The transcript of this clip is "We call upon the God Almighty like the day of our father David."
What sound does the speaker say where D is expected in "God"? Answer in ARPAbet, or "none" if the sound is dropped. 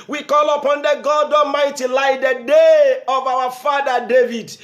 D